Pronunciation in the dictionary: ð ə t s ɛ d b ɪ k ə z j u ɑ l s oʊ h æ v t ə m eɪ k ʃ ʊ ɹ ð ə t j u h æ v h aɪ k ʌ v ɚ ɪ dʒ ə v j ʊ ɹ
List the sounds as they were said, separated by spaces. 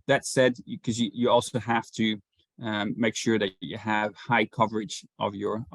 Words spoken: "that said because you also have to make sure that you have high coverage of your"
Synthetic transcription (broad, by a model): ð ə t s ɛ d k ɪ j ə j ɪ ɑ l s oʊ h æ f t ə m eɪ k ʃ ʊ ɹ ð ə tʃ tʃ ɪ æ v h aɪ k ʌ v ɚ ɪ dʒ ə v j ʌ ɹ